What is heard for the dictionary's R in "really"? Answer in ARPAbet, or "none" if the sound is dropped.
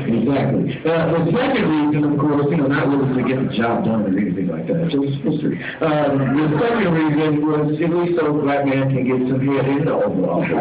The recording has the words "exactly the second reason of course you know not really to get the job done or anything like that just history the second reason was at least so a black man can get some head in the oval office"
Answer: L